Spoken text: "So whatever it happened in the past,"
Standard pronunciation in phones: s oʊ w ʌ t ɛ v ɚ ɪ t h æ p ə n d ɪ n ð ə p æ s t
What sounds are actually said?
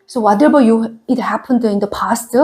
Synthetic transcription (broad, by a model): s oʊ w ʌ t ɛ b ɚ ɪ t h æ p ə n d ɪ n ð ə p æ s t